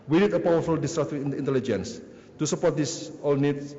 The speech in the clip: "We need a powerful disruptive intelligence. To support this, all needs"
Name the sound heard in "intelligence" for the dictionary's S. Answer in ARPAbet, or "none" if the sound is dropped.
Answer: S